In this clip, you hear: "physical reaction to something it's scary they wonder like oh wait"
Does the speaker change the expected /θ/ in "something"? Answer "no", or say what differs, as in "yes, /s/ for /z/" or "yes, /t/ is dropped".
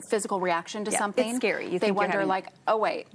no